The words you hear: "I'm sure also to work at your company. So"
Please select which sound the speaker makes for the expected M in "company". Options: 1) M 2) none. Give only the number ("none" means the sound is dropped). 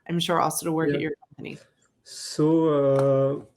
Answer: 1